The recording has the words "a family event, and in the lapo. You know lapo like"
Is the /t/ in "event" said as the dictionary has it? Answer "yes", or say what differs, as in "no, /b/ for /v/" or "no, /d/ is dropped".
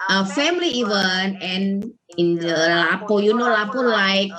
no, /t/ is dropped